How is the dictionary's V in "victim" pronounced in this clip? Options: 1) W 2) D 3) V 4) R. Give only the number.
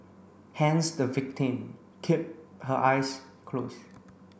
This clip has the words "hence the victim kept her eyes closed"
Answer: 3